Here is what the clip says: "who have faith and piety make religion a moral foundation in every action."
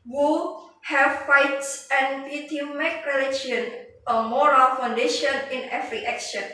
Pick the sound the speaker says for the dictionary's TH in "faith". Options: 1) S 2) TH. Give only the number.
1